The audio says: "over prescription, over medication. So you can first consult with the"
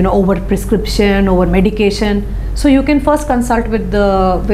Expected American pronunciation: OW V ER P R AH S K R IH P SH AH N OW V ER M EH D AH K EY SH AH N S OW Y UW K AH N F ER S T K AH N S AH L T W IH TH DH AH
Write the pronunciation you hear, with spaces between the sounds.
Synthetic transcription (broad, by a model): OW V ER P R AH S K R IH P SH AH N OW V ER M EH D AH K EY SH AH N S OW Y UW K AH N F ER S T K AH N S AH L T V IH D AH